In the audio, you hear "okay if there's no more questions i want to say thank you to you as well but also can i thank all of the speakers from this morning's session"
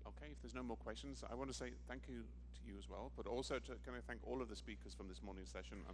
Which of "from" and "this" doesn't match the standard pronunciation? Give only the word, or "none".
none